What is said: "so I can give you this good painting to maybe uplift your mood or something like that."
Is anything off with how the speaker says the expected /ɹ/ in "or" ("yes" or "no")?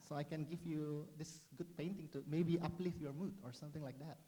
no